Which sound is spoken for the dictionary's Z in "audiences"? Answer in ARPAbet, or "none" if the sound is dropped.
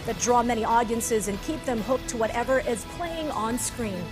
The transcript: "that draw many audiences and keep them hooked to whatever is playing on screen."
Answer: Z